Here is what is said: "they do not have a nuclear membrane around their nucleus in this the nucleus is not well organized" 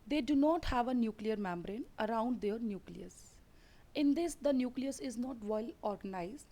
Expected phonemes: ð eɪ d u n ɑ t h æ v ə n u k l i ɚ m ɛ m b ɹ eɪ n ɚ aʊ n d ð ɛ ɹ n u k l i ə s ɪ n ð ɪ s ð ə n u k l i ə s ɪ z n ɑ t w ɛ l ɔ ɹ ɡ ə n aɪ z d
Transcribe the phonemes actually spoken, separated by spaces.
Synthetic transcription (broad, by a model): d eɪ d u n ɑ t h æ v ə n u k l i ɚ m ɛ m b ɹ eɪ n ɚ aʊ n d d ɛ ɹ n u k l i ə s ɪ n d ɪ s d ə n u k l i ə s ɪ z n ɑ t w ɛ l ɔ ɹ ɡ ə n aɪ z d